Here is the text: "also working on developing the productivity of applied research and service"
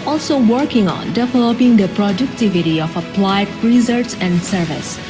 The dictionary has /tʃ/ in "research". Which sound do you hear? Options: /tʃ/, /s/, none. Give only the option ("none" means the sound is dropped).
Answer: /s/